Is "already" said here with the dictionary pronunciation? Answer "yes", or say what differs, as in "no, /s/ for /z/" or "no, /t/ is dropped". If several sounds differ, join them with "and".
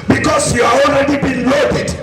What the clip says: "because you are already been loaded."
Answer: no, /n/ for /l/